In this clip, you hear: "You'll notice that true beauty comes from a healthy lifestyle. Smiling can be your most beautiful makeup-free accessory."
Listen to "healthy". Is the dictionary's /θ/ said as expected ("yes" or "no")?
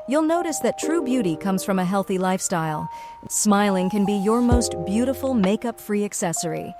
yes